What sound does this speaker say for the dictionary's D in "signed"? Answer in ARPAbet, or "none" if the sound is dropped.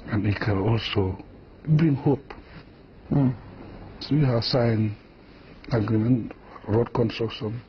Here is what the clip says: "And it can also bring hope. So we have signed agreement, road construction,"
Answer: none